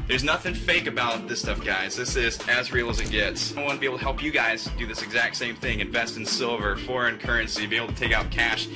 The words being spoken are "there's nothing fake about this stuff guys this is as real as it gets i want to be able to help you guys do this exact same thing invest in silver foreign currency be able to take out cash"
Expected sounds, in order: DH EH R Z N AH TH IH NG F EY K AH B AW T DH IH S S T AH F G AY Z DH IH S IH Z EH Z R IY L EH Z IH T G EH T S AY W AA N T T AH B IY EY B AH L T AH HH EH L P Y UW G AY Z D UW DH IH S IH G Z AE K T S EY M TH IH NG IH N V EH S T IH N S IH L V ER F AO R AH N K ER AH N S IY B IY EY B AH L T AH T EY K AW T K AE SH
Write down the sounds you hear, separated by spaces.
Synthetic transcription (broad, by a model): DH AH R Z N AH TH IH NG F EY K AH B AW T DH IH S S T AH F G AY Z DH IH S IH Z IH Z R IY L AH Z IH T G EH T S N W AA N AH B IY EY AH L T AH HH EH L P Y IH G AY Z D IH DH IH S IH G Z AE K T S EY M TH IH NG IH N V EH S T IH N S IH L V ER F AO R AH N K ER AH N S IY B IY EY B L T AH T EY K AW T K AE SH